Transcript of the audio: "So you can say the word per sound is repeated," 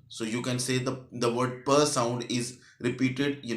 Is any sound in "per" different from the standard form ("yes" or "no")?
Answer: no